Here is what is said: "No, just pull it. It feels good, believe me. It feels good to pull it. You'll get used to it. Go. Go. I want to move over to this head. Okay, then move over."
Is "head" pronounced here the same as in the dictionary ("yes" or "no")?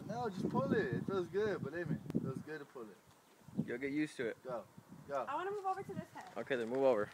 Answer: no